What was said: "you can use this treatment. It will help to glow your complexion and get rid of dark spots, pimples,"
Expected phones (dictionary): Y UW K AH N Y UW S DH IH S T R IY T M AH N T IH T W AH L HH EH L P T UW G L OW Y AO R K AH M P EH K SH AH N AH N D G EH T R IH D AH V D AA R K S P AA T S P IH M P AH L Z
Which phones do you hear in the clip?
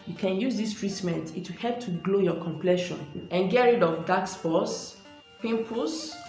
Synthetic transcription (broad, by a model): Y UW K AH N Y UW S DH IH S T R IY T M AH N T IH T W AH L HH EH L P T UW G L OW Y AO K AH M P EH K SH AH N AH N G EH R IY D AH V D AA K S F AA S P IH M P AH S